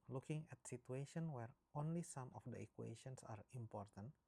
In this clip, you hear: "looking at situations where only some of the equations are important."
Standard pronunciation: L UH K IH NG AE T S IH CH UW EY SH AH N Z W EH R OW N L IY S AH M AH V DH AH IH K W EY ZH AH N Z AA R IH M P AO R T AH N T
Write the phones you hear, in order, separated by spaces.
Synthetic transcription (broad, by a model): L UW K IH NG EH T S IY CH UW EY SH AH N W EH R OW N L IY S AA M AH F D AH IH K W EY SH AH N S AA R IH M P AO R T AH N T